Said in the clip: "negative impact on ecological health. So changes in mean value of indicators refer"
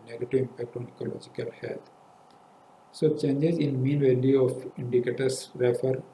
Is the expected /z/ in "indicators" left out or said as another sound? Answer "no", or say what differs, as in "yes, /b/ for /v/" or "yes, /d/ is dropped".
yes, /s/ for /z/